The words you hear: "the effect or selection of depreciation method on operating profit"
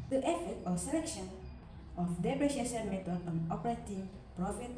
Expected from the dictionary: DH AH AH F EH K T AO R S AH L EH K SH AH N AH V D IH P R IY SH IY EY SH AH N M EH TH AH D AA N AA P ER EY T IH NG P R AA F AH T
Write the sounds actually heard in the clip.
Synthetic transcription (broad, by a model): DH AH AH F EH T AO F S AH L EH K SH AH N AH F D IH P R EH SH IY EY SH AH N M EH T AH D AA N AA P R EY T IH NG P R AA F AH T